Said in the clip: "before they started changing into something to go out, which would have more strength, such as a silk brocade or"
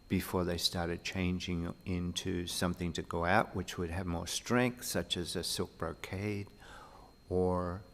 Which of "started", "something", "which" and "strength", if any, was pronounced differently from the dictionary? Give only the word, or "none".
none